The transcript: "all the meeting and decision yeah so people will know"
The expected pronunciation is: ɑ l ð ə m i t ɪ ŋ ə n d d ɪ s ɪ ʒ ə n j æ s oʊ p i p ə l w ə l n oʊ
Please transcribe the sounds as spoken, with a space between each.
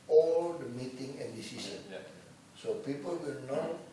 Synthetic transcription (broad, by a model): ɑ l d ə m i t ɪ ŋ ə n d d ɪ s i s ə n s oʊ p i p ə l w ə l n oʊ